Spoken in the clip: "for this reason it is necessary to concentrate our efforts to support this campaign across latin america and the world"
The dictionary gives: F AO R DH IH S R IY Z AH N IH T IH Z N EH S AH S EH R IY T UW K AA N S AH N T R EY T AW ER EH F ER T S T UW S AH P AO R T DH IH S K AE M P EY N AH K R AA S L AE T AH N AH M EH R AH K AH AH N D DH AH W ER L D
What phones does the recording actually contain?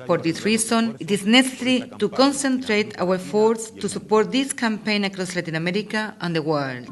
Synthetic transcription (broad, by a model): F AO R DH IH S R IY S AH N IH T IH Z N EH S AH S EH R IY T UW K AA N S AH N T R EY T AW ER F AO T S T UW S AH P AO R T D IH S K AE M P EY N AH K R AA S L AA T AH N AH M EH R AH K AH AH N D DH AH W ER L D